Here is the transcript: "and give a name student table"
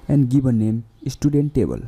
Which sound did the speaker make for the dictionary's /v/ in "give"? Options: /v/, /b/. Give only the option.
/b/